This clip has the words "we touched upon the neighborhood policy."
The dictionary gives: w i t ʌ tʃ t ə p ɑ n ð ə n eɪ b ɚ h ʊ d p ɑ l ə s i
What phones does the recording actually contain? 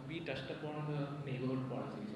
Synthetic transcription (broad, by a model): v i t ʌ s t ə p ɑ n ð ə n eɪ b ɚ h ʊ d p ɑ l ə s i